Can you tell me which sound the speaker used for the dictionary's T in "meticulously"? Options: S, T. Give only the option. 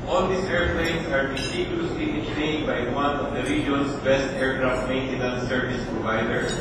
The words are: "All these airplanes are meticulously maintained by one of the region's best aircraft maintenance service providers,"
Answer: S